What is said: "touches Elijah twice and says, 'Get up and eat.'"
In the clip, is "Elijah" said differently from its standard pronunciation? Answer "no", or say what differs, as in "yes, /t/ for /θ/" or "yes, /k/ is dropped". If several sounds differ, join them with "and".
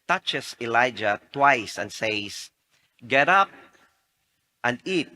no